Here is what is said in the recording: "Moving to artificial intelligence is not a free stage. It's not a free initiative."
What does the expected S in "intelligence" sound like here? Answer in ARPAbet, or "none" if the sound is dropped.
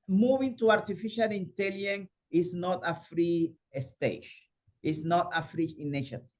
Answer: none